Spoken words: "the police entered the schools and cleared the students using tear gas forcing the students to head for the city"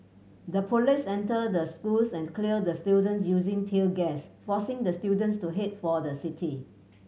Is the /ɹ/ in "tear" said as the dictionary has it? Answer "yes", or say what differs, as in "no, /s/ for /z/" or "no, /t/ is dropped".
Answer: no, /l/ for /ɹ/